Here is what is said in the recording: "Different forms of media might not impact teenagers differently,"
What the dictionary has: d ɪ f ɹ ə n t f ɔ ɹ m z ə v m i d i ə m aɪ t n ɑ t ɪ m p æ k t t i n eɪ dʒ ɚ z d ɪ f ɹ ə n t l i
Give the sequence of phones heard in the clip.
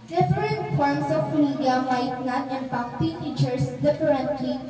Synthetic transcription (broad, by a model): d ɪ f ɹ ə n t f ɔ ɹ m s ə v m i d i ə m aɪ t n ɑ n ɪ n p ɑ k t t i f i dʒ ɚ s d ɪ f ɹ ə n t l i